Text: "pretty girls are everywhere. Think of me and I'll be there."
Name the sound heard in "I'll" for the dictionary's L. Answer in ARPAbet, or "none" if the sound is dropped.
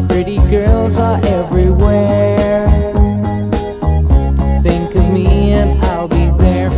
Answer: L